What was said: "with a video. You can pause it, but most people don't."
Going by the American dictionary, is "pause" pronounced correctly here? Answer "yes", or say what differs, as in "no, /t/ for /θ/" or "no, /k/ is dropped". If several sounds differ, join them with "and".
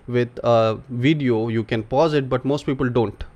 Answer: yes